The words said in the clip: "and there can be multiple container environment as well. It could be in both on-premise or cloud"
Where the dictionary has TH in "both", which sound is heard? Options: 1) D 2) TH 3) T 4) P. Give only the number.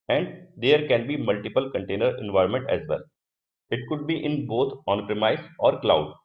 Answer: 3